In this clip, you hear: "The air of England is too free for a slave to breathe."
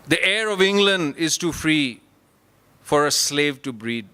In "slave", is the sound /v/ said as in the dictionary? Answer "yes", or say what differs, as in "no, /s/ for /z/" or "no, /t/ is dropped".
yes